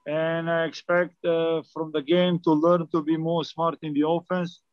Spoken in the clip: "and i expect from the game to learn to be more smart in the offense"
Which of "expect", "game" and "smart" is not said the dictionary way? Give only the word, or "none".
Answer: none